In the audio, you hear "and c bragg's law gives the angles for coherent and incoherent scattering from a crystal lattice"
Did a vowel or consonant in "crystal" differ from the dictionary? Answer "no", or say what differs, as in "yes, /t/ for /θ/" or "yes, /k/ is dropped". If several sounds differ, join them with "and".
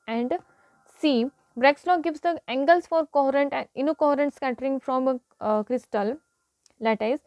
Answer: no